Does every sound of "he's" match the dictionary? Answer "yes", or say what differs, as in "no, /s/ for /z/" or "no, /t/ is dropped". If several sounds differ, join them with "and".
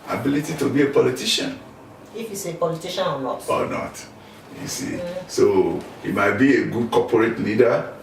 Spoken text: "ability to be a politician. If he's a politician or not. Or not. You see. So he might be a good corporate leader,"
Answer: no, /s/ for /z/